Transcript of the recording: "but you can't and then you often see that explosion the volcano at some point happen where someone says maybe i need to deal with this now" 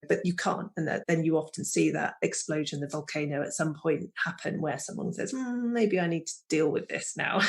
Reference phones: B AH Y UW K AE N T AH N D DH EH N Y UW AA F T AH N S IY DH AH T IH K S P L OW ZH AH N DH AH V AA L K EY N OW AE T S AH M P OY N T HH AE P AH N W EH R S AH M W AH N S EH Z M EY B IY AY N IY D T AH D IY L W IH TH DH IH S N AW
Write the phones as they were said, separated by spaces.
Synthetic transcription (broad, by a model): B AH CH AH K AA N T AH N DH DH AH N Y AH AA F T AH N S IY DH AH T IH K S P L OW ZH AH N DH AH V AA L K EY N OW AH T S AH M P OY N T HH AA P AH N W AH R S AH M W AH N S EH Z M EY B IY AY N IY D T AH D IY L W IH DH IH S N AW